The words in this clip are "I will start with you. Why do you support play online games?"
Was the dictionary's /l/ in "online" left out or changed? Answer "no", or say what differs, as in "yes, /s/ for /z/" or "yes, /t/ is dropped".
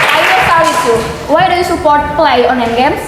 yes, /l/ is dropped